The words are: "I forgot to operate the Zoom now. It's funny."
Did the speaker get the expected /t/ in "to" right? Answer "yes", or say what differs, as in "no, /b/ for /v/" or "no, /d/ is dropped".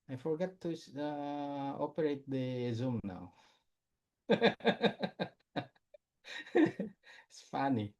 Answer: no, /s/ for /t/